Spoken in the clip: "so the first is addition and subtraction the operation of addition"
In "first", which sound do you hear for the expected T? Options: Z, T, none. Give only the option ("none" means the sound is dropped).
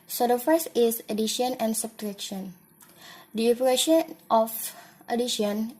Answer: none